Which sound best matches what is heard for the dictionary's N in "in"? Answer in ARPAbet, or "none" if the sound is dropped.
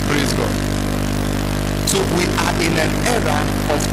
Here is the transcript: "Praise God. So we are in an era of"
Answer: L